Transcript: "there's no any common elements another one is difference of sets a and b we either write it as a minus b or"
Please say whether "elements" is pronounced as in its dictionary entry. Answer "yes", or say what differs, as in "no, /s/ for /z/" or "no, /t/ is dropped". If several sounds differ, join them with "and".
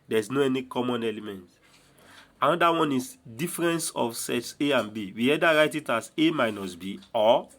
no, /s/ is dropped